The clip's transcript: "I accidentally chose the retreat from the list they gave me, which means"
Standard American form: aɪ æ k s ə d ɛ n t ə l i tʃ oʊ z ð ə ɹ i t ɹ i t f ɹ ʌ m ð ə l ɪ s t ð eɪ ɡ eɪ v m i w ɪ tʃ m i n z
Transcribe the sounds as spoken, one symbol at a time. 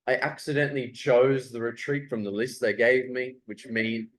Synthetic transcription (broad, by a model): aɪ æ k s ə d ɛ n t l i tʃ oʊ z ð ə ɹ i t ɹ i t f ɹ ʌ m ð ə l ɪ s t ð eɪ ɡ eɪ v m i w ɪ tʃ m i n